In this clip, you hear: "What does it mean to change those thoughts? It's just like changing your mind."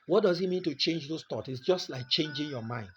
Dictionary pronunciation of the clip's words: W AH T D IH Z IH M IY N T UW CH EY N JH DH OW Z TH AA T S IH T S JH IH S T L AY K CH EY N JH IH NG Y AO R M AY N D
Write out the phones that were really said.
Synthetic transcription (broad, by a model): W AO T D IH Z IH M IY N T UW CH EY N JH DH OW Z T AA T IH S JH IH S T L AY K CH EY N JH IH NG Y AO M AY N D